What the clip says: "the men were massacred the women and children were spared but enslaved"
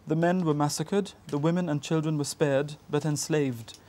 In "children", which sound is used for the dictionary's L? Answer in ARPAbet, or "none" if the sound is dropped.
L